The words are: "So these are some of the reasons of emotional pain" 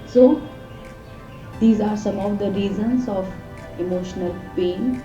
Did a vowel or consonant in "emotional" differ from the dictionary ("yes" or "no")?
no